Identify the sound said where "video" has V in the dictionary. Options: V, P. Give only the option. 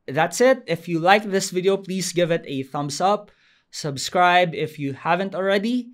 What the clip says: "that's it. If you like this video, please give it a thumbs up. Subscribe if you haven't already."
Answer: V